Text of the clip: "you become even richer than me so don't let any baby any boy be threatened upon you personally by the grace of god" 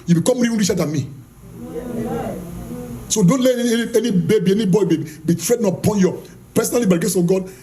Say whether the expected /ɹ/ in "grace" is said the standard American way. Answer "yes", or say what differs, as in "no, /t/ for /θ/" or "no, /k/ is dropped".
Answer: no, /ɹ/ is dropped